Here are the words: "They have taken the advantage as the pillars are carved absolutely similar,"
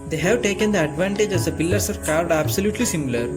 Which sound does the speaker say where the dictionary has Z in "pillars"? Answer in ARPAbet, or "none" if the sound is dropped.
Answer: S